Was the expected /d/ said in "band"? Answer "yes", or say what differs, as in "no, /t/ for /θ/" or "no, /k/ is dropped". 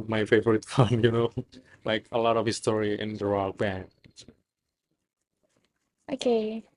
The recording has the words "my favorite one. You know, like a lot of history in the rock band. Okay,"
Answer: no, /d/ is dropped